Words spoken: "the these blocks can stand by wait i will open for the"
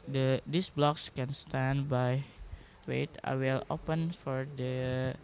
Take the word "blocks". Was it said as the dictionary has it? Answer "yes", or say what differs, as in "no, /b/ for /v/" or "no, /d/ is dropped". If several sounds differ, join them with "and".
yes